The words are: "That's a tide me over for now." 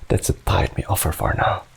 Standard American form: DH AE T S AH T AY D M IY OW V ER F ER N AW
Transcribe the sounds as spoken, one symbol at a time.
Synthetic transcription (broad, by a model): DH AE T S AH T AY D M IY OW F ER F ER N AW